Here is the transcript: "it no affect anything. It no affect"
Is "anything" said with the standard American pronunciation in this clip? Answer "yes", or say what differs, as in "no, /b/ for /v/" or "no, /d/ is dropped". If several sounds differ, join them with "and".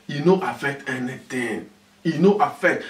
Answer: no, /t/ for /θ/